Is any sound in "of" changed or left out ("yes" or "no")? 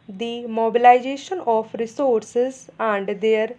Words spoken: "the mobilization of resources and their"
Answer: yes